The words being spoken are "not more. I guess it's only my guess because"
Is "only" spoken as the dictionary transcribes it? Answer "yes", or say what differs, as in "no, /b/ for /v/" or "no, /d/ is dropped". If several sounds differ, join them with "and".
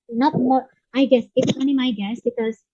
no, /l/ is dropped